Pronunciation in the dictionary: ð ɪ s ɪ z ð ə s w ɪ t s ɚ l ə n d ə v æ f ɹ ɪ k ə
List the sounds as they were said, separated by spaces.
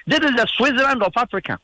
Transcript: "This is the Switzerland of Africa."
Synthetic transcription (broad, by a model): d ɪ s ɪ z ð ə s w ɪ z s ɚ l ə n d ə p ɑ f ɹ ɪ k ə